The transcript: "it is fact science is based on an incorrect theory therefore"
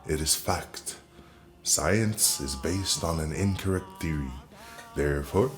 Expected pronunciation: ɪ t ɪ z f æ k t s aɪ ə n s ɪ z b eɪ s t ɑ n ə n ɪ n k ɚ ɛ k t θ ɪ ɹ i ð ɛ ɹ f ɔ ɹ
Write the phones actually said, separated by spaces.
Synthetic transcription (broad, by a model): ɪ t ɪ z f æ k t s aɪ ə n s ɪ z b eɪ s t n ə n ɪ n k ɚ ɛ k t θ ɪ ɹ i ð ɛ ɹ f ɔ ɹ